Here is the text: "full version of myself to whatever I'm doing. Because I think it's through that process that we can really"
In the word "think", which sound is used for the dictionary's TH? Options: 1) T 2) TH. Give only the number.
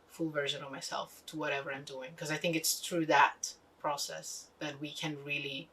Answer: 2